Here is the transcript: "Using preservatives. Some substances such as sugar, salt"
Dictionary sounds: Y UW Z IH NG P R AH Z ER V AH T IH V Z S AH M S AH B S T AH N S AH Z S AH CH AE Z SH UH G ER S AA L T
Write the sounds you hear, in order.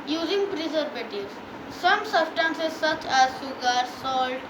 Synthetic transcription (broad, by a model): Y UW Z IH NG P R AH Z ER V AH T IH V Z S AH M S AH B S T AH N S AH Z S AH CH AE Z S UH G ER S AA L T